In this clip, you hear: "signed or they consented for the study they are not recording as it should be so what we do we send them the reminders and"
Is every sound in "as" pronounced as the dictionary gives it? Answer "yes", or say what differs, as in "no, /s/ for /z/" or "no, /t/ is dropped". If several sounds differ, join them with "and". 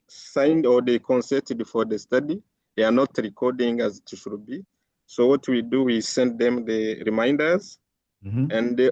yes